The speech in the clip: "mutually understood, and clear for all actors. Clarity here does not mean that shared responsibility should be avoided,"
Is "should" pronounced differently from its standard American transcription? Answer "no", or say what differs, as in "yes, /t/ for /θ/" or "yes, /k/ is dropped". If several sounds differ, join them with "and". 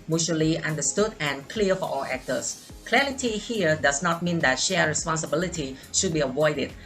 no